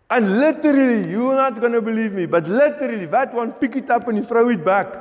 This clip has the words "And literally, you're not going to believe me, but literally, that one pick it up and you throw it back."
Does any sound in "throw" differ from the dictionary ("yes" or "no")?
yes